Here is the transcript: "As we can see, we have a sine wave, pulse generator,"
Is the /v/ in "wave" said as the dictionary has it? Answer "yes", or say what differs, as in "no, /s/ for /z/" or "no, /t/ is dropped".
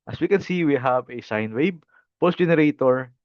no, /b/ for /v/